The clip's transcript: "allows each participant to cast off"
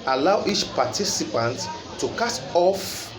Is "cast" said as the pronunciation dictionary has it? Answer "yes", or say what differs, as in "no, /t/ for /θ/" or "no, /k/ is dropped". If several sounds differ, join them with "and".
no, /s/ is dropped